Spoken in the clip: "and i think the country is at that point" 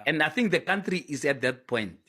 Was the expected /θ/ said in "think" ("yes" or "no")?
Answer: yes